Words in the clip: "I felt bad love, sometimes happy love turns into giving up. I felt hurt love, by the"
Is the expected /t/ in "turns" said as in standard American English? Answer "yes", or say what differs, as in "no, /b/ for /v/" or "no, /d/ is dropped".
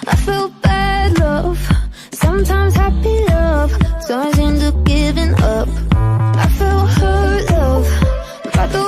no, /s/ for /t/